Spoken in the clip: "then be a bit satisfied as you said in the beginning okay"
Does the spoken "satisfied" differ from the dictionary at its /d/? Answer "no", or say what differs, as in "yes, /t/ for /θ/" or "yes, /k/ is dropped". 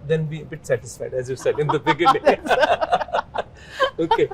no